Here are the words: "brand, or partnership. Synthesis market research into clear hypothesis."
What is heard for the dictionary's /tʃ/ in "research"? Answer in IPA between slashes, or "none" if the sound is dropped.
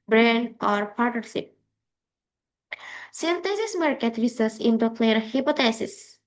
/s/